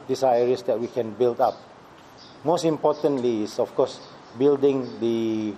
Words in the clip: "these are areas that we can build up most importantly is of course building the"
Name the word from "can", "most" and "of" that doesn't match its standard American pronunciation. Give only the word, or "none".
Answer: of